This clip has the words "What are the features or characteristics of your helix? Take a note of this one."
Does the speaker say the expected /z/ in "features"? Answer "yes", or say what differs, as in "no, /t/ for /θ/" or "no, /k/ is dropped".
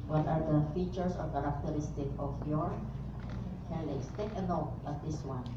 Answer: no, /s/ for /z/